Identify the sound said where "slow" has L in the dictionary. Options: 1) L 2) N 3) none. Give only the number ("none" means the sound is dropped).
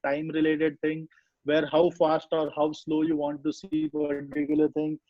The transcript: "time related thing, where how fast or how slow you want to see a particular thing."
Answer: 1